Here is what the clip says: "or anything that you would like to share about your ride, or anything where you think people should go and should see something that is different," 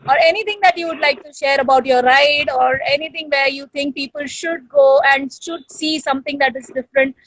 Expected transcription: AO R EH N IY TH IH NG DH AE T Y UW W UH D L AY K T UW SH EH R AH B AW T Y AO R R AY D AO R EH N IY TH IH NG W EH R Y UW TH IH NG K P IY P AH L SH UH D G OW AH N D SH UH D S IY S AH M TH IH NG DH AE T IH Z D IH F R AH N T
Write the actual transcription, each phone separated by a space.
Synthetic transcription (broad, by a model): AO R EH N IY T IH NG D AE T Y UW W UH D L AY K T UW SH EH R AH B AW T Y AO R R AY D AO R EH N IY T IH NG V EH R Y UW T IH NG K P IY P AH L SH UH D G OW AH N D SH UH D S IY S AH M T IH NG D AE T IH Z D IH F R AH N T